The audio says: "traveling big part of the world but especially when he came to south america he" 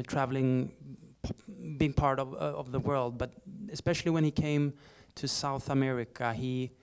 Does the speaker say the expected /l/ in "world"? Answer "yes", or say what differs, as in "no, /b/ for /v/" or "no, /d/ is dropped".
yes